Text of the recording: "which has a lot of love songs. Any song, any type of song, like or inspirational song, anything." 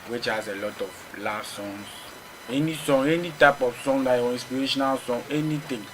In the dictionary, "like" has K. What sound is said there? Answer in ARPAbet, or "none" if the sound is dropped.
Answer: none